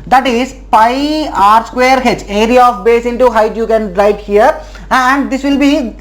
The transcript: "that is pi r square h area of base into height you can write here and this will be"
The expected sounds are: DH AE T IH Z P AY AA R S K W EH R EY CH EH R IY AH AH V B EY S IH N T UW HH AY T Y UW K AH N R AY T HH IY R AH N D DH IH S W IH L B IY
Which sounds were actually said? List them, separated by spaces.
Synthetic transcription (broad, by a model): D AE T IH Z P AY AA R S K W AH R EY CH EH R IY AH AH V B EY S IH N T UW HH AY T Y UW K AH N R AY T HH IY R AH N D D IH S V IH L B IY